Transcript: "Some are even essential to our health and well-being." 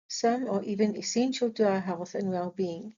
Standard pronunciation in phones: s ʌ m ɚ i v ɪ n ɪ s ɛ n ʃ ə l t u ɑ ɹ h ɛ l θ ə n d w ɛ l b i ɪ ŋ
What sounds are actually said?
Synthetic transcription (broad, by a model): s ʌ m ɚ i v ɪ n ɪ s ɛ n ʃ ə l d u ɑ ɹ h ɛ l θ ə n w ɛ l b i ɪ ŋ